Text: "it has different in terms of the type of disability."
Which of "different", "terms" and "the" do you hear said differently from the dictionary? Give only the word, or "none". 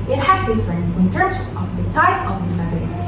different